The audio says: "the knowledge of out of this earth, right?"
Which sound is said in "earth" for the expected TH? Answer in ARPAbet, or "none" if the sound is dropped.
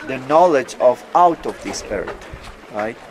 T